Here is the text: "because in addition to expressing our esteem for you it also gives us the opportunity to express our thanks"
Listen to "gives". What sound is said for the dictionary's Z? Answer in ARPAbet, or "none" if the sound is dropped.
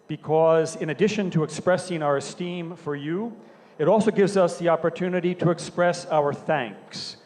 Z